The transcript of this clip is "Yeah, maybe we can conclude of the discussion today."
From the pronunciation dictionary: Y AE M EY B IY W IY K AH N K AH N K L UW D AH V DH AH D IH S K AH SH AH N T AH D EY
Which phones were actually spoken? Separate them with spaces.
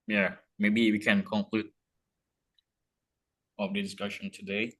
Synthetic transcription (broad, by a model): Y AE M EY B IY W IY K AH N K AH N K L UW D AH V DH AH D IH S K AH SH AH N T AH D EY